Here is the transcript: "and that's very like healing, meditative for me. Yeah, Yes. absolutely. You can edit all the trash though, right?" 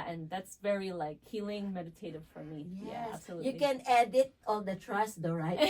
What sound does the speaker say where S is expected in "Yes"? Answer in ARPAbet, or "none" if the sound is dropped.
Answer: none